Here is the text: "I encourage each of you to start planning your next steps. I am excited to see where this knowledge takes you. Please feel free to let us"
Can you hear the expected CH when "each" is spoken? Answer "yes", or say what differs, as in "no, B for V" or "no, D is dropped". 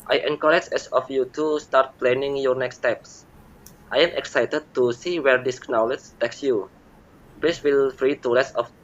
no, S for CH